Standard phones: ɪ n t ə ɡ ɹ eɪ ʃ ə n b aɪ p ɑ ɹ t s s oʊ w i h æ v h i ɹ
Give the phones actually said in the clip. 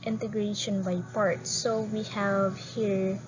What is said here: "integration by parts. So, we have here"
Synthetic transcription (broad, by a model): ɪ n t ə ɡ ɹ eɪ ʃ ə n b aɪ p ɑ ɹ t s s oʊ w i h æ v h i ɹ